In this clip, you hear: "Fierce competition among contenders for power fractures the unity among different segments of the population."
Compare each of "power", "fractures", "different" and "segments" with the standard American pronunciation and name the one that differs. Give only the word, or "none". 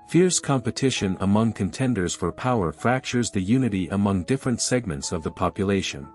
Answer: none